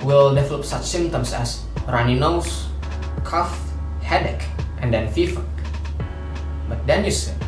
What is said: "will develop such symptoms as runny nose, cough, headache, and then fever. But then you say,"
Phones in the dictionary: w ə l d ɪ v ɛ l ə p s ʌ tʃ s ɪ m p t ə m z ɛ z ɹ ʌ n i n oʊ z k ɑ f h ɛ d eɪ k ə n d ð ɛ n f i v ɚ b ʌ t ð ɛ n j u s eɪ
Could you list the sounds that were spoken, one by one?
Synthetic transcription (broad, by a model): w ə l d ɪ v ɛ l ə p s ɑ tʃ s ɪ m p t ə m s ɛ s ɹ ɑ n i n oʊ s k ɑ f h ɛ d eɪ k ə n d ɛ n f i f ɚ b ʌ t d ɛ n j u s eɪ